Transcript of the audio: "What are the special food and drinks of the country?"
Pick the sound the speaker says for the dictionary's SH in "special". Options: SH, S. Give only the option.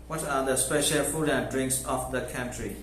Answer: SH